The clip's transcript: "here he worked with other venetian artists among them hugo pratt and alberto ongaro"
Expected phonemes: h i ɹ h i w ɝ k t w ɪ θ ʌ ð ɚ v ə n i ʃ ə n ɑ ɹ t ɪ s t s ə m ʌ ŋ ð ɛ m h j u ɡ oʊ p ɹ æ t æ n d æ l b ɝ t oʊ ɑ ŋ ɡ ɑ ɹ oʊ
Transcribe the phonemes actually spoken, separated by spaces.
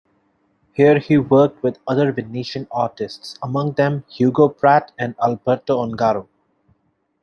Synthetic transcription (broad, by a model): h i ɹ h i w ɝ k t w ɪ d ʌ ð ɚ v ə n i ʃ ə n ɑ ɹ t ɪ s t s ə m ʌ ŋ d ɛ m h j u ɡ oʊ p ɹ æ t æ n d æ l b ɝ t oʊ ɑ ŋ ɡ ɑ ɹ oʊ